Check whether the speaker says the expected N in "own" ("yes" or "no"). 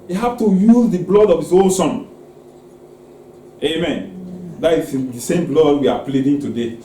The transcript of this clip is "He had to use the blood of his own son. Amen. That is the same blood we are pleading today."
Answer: no